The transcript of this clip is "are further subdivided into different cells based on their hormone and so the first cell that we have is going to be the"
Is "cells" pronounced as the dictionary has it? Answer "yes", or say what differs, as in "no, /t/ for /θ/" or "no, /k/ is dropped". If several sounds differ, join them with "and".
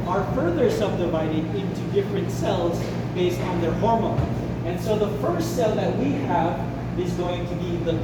yes